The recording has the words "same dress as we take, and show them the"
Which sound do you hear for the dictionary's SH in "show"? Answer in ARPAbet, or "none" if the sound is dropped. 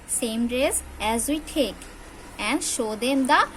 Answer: SH